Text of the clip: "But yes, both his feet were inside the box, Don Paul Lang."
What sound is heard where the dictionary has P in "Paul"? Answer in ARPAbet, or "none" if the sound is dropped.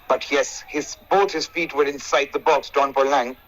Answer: B